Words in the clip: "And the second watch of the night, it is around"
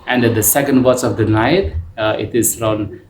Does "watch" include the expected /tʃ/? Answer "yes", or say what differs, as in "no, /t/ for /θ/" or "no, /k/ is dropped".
no, /s/ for /tʃ/